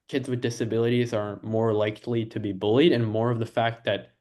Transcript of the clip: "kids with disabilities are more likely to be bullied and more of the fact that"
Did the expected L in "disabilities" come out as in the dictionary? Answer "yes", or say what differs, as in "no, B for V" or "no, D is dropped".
yes